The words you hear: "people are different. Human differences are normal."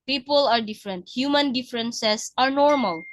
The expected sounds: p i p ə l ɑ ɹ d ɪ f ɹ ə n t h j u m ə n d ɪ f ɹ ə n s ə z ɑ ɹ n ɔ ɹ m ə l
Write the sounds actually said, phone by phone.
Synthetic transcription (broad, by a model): p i p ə l ɑ ɹ d ɪ f ɹ ə n t h j u m ə n d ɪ f ɹ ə n s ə s ɑ ɹ n ɔ ɹ m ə l